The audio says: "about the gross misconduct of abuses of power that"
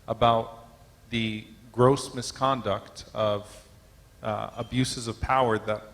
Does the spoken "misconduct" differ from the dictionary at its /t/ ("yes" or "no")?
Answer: no